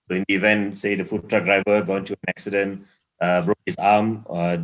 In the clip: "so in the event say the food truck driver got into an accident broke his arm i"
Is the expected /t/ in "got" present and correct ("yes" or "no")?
no